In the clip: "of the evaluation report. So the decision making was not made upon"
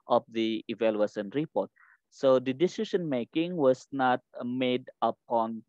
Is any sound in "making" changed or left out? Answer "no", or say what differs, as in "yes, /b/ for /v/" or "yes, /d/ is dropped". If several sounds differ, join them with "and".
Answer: no